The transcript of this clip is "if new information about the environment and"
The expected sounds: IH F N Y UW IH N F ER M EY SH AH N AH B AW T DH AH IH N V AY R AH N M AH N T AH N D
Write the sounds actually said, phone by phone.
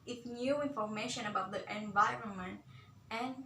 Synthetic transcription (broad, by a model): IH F N Y UW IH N F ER M EY SH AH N AH B AW T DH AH IH N V AY R AH N M AH N T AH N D